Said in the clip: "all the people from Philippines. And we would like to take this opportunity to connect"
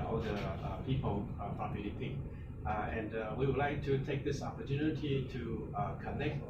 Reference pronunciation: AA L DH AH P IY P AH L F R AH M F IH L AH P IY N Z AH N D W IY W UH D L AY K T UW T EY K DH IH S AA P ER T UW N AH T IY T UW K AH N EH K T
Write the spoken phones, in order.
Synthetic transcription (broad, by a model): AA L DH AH P IY P AH L P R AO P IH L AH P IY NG AH N D W IY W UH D L AY K T UW T EY K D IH S AA P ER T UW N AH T IY T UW K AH N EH K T